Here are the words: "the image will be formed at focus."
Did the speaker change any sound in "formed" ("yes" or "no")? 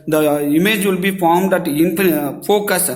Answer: no